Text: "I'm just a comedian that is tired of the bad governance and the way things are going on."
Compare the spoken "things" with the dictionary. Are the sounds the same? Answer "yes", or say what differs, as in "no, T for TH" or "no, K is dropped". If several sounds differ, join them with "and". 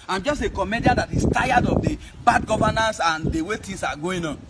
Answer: no, T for TH